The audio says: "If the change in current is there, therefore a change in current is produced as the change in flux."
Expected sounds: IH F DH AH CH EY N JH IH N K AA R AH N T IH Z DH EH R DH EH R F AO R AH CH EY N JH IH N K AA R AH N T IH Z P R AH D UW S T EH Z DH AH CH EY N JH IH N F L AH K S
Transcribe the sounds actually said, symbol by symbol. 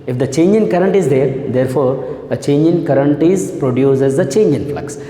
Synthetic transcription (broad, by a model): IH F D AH CH EY N JH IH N K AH R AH N T IH Z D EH R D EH R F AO R AH CH EY N JH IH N K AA R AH N T IH Z P R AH D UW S EH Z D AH CH EY N JH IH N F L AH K S